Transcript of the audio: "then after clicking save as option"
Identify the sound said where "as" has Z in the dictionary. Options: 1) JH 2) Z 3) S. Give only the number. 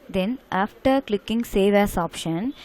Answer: 3